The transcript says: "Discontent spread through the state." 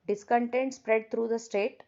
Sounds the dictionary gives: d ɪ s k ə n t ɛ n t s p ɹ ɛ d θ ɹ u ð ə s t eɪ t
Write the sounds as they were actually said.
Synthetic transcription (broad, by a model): d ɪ s k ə n t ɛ n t s p ɹ ɛ d t ɹ u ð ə s t eɪ t